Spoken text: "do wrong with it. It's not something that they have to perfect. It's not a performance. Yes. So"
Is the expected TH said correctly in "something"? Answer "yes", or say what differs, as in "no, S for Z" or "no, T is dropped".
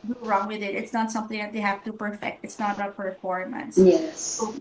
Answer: yes